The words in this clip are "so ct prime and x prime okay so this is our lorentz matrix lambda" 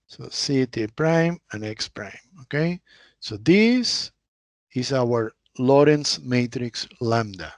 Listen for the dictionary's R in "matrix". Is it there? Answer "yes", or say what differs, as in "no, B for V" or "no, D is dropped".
yes